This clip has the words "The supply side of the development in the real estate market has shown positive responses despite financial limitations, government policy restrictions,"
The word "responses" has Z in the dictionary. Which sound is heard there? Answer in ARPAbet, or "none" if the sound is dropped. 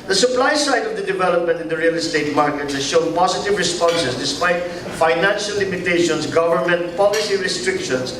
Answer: S